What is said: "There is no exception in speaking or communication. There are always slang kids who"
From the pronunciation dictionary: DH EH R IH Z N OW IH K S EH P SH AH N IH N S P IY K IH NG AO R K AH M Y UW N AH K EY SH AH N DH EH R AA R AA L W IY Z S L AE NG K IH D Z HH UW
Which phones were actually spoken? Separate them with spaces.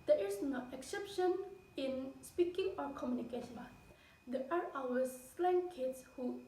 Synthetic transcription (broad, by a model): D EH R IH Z N OW IH K S EH P SH AH N IH N S P IY K IH NG AO R K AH M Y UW N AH K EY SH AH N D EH AA R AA W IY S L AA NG K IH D S HH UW